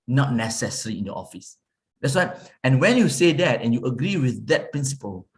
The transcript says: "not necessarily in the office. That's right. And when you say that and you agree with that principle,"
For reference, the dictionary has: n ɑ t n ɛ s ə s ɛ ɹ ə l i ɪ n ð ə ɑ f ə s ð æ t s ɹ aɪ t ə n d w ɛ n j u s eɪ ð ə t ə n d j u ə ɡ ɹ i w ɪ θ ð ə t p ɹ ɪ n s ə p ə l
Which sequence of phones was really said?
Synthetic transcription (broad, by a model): n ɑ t n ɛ s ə s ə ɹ i ɪ n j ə ɑ f ə s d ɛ t s w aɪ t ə n w ɛ n j u s eɪ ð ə t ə n j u ə ɡ ɹ i w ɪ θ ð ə t p ɹ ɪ n s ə p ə l